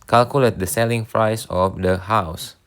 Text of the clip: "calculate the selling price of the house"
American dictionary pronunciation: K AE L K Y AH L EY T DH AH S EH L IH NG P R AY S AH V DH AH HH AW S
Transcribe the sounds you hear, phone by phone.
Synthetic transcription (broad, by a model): K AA L K Y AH L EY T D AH S EH L IH NG F R AY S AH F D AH HH AW S